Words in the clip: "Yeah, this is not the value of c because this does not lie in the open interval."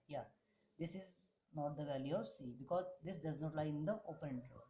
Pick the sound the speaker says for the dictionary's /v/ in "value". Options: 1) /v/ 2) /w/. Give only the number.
1